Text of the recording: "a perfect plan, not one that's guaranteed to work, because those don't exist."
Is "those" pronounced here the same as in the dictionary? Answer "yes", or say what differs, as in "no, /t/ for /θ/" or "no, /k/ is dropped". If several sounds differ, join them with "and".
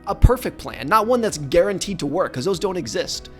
yes